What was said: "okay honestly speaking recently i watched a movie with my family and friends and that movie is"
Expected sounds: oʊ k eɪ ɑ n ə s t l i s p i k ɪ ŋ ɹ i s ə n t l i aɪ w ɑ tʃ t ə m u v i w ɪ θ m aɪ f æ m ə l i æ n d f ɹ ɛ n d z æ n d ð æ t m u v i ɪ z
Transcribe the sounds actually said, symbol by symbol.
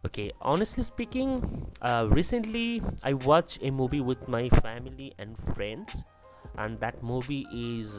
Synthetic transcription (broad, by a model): oʊ k eɪ ɑ n ə s t l i s p i k ɪ ŋ ɹ i s ə n t l i aɪ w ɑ tʃ ə m u v i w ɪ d m aɪ f æ m ə l i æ n d f ɹ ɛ n d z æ n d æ t m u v i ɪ z